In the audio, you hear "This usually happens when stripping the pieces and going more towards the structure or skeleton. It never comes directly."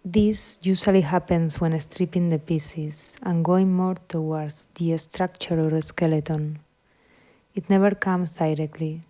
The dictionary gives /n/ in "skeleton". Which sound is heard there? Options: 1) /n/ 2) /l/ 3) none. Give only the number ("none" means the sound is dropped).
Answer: 1